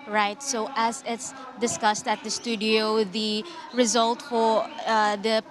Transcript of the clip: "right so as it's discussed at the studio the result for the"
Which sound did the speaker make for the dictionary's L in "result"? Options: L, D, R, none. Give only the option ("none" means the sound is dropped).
L